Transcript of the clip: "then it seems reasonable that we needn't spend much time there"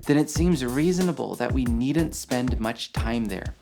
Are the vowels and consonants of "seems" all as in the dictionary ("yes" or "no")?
yes